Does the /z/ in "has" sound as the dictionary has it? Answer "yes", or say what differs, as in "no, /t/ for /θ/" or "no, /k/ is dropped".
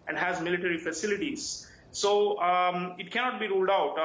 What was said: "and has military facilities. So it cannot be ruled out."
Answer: yes